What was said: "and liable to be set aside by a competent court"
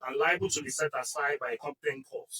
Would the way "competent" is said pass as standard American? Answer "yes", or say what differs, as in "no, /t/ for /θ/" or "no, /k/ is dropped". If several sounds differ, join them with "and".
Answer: no, /m/ is dropped